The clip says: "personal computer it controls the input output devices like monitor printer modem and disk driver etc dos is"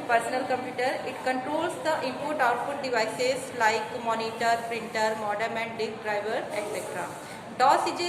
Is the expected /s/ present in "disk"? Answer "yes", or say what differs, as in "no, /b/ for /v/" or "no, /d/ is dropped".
no, /s/ is dropped